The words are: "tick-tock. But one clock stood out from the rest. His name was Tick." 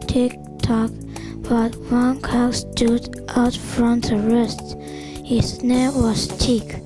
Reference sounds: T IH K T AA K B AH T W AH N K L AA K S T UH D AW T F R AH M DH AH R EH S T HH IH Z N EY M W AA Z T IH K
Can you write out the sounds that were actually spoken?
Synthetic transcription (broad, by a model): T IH K T AA K B AH T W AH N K AA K S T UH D AW T F R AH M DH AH R EH S T HH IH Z N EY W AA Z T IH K